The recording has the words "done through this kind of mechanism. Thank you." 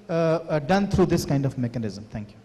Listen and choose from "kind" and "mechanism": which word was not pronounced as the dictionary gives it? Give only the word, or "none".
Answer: none